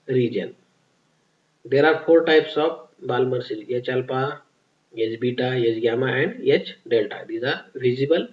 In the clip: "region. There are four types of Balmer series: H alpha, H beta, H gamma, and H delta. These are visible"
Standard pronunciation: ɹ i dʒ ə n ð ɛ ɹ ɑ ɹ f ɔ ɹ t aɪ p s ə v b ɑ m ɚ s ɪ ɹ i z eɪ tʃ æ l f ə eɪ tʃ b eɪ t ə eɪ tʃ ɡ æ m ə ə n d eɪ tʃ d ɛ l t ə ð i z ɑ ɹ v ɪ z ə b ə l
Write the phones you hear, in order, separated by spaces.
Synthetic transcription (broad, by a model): ɹ i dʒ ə n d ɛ ɹ ɑ ɹ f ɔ ɹ t aɪ p s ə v b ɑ m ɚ s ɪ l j eɪ tʃ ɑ l p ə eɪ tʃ b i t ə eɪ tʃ ɡ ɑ m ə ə n d eɪ tʃ d ɛ l t ə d i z ɑ ɹ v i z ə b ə l